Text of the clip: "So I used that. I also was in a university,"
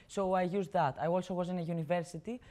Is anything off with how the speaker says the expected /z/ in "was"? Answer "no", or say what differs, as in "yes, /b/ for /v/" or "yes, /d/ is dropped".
no